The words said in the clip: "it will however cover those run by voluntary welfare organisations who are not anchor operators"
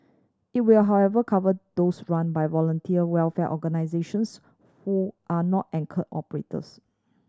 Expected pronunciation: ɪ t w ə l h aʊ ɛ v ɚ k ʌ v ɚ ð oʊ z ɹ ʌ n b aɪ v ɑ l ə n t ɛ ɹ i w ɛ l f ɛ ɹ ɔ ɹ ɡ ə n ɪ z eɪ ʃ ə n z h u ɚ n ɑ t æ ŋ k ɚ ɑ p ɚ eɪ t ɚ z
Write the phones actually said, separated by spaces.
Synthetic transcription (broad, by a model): ɪ t w ə l h aʊ ɛ v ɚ k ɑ v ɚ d oʊ s ɹ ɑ n b aɪ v ɑ l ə n t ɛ i w ɛ l f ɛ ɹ ɔ ɡ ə n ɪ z eɪ ʃ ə n s h u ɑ n ɑ t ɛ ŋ k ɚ ɑ p ɚ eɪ t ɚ s